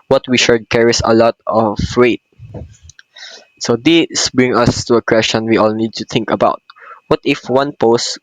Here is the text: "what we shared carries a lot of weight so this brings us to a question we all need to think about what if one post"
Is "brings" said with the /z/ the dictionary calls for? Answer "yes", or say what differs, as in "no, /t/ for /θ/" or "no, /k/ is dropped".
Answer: no, /z/ is dropped